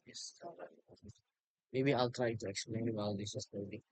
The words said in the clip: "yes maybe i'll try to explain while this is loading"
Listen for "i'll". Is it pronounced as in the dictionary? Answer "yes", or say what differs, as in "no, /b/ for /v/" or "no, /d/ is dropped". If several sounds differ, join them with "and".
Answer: yes